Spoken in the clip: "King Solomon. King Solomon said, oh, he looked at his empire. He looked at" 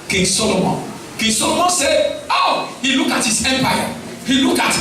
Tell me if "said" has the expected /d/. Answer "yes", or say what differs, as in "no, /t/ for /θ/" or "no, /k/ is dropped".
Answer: no, /d/ is dropped